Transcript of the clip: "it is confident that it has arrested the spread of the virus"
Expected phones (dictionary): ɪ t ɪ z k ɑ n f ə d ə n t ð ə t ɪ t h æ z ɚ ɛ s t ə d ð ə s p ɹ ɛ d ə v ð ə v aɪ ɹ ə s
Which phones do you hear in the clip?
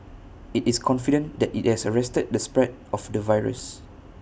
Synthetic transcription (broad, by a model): ɪ t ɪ s k ɑ n f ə d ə n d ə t ɪ t h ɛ s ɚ ɛ s t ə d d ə s p ɹ ɛ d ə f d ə v aɪ ɹ ə s